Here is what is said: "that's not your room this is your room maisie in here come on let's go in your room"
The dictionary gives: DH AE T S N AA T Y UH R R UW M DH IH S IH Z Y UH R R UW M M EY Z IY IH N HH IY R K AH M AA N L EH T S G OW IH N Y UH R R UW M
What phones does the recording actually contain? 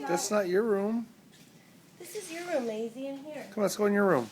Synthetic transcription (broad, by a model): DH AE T S N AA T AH R R UW M DH IH S IH Z Y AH R R UW M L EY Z IY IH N HH IY R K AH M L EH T S G OW IH N Y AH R R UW M